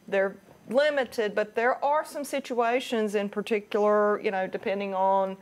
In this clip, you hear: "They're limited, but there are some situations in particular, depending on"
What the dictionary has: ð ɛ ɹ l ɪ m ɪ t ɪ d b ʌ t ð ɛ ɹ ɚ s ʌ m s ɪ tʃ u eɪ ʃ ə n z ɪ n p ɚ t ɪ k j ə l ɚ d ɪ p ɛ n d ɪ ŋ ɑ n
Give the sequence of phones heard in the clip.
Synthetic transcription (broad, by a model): ð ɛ ɹ l ɪ m ɪ t ɪ d b ʌ t ð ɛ ɹ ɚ s ʌ m s ɪ tʃ u eɪ ʃ ə n z ɪ n p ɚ t ɪ k j l ɚ d ɪ p ɛ n d ɪ ŋ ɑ n